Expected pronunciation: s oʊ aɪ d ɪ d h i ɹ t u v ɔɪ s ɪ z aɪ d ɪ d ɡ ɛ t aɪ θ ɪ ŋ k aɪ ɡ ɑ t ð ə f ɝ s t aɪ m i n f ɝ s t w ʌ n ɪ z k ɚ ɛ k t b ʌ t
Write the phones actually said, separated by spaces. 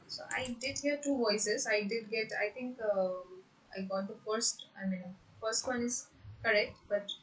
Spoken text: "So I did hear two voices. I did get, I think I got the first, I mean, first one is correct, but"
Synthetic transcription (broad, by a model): s oʊ aɪ d ɪ d h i ɹ t u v ɔɪ s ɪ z aɪ d ɪ d ɡ ɛ t aɪ t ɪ ŋ k aɪ ɡ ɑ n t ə f ɝ s t aɪ m i n f ɝ s t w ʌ n ɪ z k ɚ ɛ k t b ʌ t